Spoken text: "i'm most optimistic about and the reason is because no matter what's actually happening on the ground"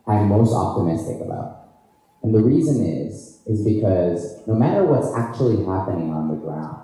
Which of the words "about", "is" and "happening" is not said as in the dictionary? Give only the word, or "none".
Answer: none